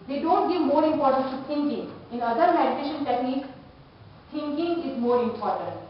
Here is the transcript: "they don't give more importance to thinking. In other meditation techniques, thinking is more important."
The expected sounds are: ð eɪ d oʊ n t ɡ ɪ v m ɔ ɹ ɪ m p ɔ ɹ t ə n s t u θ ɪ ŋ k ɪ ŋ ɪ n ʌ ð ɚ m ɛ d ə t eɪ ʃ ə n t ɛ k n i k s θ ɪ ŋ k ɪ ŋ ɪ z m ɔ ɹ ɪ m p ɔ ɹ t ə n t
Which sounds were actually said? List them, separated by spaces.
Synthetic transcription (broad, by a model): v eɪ d oʊ n t ɡ ɪ v m ɔ ɹ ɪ m p ɔ ɹ t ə n t u t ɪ ŋ k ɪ ŋ ɪ n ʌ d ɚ m ɛ d ə t eɪ ʃ ə n t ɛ k n i k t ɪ ŋ k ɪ ŋ ɪ z m ɔ ɹ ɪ m p ɔ ɹ t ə n t